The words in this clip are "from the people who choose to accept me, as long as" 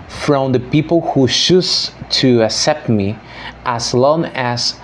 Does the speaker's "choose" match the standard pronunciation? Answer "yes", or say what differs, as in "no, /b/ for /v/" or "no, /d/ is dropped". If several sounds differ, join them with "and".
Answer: no, /ʃ/ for /tʃ/